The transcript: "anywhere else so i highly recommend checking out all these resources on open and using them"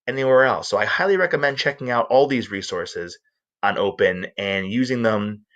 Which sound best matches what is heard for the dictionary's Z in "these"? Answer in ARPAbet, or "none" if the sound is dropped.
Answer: Z